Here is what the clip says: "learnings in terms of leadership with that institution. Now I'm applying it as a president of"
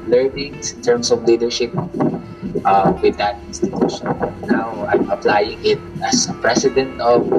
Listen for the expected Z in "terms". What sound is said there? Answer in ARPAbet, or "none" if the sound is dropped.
S